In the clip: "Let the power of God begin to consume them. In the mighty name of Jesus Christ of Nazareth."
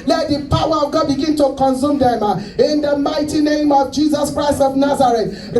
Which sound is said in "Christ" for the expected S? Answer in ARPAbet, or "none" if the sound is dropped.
S